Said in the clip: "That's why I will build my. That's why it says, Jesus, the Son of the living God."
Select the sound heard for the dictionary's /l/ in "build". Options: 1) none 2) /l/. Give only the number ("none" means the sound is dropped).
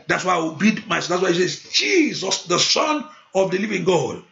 1